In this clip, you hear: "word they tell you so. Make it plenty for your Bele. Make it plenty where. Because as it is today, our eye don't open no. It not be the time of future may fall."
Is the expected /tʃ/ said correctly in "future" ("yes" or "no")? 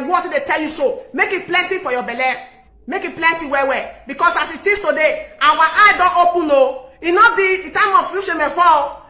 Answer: no